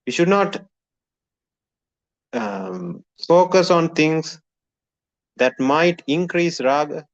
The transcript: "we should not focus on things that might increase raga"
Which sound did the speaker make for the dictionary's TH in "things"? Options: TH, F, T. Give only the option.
T